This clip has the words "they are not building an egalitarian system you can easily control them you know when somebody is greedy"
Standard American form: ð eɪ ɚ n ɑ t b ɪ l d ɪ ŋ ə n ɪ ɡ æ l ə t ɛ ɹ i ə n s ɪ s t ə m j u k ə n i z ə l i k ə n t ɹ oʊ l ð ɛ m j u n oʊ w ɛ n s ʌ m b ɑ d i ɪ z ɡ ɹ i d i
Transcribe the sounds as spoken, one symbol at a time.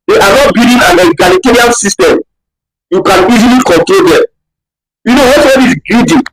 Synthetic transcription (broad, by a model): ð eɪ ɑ n ɑ t b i d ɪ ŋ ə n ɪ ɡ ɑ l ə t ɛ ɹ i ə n s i s t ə m j u k ə n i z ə l i k ə n t ɹ oʊ l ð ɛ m j u n oʊ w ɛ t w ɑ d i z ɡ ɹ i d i